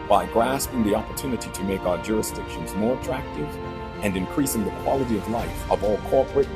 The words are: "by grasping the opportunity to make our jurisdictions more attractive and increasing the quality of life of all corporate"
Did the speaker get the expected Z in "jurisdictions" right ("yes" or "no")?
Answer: yes